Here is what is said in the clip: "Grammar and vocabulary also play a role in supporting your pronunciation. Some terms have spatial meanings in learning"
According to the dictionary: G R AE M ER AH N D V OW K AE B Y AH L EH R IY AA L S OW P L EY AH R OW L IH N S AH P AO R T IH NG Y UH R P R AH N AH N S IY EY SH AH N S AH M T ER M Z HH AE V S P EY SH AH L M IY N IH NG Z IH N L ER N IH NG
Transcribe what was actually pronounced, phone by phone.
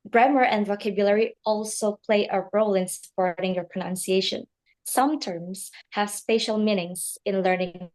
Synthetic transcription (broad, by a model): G R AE M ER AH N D V OW K AE B Y AH L EH R IY AA L S OW P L EY AH R OW L IH N S AH P AO R T IH NG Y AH R P R AH N AH N S IY EY SH AH N S AH M T ER M Z HH AE V S P EY SH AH L M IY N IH NG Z IH N L ER N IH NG